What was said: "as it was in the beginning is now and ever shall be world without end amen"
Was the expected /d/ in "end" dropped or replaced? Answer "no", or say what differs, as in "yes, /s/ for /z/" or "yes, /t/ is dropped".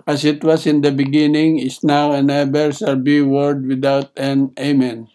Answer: yes, /d/ is dropped